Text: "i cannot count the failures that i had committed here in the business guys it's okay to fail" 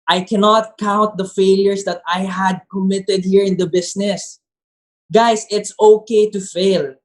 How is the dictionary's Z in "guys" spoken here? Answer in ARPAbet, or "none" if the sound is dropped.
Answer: S